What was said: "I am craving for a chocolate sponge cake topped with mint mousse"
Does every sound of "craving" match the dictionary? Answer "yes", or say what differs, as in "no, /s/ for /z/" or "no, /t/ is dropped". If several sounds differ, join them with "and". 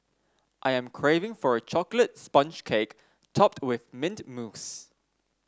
yes